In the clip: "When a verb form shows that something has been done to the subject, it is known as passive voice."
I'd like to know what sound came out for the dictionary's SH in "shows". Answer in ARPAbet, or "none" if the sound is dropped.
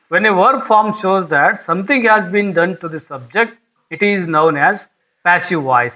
SH